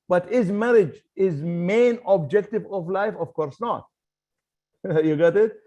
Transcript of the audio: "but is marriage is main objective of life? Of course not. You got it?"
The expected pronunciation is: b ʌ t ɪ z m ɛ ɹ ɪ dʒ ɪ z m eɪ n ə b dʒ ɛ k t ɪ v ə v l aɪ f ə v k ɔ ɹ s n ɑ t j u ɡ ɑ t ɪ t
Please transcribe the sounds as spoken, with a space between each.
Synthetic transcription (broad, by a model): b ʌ t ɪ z m ɛ ɹ ɪ dʒ ɪ z m eɪ n ə b dʒ ɛ k t ɪ v ə v l aɪ f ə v k ɔ ɹ s n ɑ t j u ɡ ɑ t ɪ t